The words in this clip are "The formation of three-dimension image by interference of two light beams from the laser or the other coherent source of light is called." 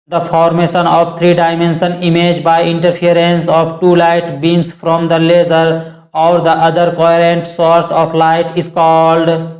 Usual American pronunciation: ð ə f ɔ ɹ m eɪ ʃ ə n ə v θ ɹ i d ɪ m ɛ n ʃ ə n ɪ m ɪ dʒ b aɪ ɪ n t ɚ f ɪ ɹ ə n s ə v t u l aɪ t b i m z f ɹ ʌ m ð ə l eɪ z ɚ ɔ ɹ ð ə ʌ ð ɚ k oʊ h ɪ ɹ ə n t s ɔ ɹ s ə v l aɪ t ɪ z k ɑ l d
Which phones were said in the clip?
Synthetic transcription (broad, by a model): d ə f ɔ ɹ m eɪ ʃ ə n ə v t ɹ i d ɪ m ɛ n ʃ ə n ɪ m ɪ dʒ b aɪ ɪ n t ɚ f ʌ ɹ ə n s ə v t u l aɪ t b i m s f ɹ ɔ m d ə l eɪ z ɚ ɔ ɹ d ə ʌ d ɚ k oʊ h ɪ ɹ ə n t s ɔ ɹ s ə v l aɪ t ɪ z k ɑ l d